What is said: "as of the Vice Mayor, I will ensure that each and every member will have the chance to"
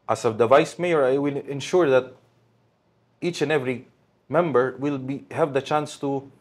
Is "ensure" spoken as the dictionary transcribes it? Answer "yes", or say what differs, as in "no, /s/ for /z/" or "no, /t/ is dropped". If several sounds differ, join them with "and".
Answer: yes